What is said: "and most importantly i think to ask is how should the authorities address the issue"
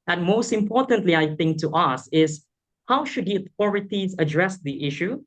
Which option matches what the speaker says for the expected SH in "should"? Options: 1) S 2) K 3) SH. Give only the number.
3